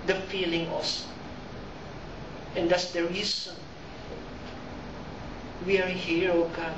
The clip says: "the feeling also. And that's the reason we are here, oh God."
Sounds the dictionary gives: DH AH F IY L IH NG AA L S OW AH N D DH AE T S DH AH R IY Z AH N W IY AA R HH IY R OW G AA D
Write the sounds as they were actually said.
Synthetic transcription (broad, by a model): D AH F IY L IH NG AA S AH N D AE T S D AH R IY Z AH N W IY AA R HH IY R OW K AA